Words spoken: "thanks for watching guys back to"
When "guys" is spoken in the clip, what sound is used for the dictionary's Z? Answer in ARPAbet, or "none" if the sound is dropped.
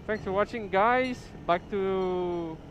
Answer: S